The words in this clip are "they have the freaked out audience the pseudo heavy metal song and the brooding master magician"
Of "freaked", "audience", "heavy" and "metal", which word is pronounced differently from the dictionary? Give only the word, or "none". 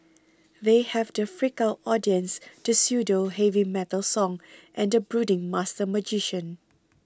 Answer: freaked